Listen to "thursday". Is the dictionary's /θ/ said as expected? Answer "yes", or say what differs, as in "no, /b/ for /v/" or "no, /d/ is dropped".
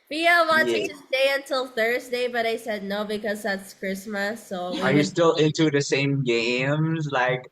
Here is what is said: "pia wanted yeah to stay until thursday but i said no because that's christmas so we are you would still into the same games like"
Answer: yes